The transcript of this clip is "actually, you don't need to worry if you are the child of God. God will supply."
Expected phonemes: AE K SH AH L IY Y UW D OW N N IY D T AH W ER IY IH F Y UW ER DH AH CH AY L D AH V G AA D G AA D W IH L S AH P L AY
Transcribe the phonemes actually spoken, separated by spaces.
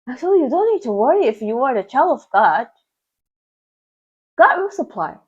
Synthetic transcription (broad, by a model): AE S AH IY Y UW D OW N N IY D T AH W ER IY IH F Y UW ER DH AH CH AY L AH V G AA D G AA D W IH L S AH P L AY